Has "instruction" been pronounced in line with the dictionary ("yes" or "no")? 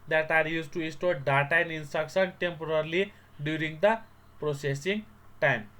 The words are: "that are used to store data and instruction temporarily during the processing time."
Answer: no